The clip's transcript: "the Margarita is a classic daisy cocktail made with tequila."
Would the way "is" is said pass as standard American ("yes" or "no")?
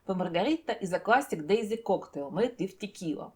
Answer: yes